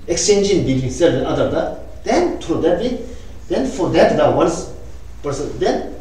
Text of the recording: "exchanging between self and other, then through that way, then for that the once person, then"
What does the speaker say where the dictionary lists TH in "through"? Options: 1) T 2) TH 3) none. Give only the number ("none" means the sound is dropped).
1